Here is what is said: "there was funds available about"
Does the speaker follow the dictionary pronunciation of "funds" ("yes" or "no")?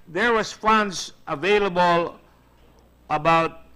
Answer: no